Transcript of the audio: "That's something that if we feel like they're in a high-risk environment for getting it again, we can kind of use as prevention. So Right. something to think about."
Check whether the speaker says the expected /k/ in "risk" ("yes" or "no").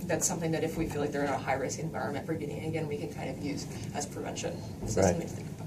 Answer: no